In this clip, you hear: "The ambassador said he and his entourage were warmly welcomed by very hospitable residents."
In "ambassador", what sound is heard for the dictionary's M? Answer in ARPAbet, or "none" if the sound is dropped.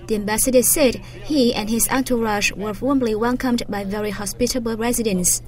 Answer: M